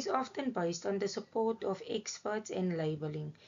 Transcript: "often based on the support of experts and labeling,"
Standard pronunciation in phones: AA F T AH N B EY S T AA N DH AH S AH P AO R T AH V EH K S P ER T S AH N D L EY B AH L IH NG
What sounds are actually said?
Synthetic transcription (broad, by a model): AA F T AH N B EY S T AA N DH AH S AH P AO T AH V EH K S P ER T S AH N D L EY B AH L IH NG